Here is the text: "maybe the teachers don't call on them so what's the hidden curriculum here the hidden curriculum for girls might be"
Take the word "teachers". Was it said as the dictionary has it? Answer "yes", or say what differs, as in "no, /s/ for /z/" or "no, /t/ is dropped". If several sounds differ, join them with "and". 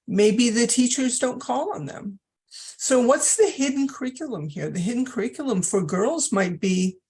yes